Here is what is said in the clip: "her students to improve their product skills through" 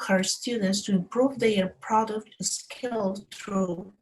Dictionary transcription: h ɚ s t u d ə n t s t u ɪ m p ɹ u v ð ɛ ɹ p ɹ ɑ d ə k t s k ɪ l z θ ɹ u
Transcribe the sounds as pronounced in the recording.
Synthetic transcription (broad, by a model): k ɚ s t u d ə n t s t u ɪ m p ɹ u v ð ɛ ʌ p ɹ ɑ d ə k t s k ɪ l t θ ɹ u